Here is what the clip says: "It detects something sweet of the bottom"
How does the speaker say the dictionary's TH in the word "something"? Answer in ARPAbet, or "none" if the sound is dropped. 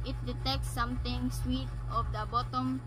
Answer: T